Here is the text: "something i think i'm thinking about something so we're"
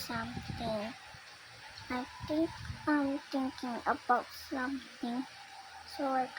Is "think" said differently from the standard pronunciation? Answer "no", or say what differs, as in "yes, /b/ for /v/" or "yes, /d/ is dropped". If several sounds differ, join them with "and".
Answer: yes, /t/ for /θ/